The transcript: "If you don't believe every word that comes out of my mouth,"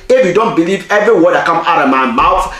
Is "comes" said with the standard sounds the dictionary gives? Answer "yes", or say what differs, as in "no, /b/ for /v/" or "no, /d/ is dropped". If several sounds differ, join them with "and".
no, /z/ is dropped